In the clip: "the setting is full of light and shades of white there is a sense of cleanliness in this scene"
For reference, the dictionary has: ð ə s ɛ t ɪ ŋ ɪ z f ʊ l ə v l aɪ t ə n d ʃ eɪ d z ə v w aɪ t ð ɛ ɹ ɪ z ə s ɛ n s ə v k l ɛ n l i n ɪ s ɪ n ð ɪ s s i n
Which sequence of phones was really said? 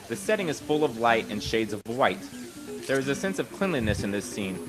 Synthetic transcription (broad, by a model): ð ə s ɛ t ɪ ŋ ɪ z f ʊ l ə v l aɪ t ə n ʃ eɪ d z ə v w aɪ t ð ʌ ɹ ɪ z ə s ɛ n s ə v k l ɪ n l i n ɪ s ɪ n ð ɪ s s i n